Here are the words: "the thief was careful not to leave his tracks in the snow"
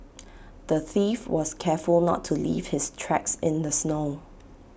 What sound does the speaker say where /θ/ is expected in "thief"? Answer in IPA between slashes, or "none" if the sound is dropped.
/θ/